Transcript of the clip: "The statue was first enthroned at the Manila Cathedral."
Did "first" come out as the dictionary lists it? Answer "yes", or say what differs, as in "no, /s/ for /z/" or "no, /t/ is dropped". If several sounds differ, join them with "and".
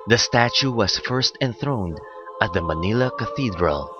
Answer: yes